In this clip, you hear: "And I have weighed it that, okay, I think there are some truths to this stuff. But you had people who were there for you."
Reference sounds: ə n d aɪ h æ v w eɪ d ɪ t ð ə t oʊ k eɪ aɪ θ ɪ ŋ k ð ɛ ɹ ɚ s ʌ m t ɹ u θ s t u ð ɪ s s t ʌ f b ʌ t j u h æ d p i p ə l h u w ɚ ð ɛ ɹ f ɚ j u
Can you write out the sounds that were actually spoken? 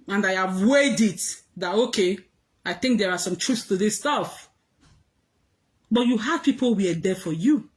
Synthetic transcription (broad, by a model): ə n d aɪ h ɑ v w eɪ d ɪ t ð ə t oʊ k eɪ aɪ θ ɪ ŋ k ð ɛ ɹ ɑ s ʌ m t ɹ u θ s t u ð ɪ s s t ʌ f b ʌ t j u h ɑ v p i p ə l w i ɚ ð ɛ f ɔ j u